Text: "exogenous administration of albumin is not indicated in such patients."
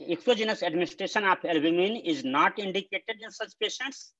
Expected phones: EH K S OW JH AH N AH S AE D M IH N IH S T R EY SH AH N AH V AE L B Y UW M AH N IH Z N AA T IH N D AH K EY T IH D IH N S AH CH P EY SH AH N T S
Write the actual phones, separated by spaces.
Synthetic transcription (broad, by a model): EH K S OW JH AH N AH S AE D M IH N IH S T R EY SH AH N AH P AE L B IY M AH N IH Z N AA T IH N D AH K EY T IH D IH N S AH CH P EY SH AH N T S